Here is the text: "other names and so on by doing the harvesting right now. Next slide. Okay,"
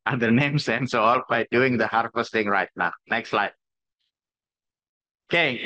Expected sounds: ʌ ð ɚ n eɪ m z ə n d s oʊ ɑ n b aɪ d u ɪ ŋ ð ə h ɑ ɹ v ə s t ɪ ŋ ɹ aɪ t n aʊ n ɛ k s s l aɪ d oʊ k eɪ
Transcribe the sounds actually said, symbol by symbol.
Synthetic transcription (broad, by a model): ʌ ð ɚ n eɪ m s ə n s oʊ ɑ l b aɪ d u ɪ ŋ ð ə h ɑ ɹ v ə s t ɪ ŋ ɹ aɪ t n aʊ n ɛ k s s l aɪ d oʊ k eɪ